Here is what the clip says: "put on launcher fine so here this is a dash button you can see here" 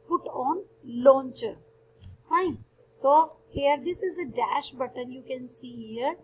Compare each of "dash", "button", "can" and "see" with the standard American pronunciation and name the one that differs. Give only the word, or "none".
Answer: none